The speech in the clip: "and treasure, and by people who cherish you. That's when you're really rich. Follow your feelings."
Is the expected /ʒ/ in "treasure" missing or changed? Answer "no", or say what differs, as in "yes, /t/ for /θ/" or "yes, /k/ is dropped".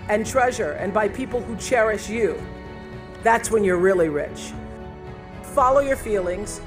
no